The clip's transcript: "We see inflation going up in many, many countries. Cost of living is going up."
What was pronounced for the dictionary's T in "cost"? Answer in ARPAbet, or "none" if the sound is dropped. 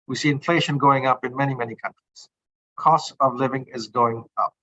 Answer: T